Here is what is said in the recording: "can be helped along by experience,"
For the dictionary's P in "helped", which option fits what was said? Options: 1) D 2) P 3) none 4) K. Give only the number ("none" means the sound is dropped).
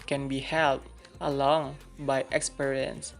3